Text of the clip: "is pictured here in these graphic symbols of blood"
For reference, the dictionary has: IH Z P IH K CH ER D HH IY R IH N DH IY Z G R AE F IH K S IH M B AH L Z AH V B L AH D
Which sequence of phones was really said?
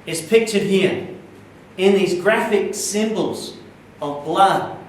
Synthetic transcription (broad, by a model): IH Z P IH K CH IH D HH IY R IH N DH IY Z G R AE F IH K S IH M B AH L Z AH V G L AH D